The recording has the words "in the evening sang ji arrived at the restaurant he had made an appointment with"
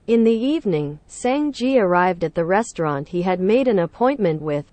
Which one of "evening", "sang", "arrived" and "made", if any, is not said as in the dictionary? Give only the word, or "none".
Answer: none